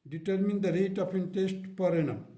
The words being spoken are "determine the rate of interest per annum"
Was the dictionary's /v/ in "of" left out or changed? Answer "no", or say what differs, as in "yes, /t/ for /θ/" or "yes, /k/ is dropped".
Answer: yes, /p/ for /v/